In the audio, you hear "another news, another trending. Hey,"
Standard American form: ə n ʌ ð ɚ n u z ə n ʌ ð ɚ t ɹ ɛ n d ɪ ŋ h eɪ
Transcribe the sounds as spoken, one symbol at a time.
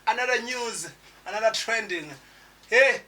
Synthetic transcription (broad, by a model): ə n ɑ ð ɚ n u z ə n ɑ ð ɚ t ɹ ɛ n d ɪ ŋ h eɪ